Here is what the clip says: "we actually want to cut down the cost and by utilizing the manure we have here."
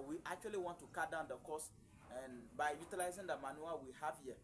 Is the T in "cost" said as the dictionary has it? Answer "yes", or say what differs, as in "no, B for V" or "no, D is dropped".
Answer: no, T is dropped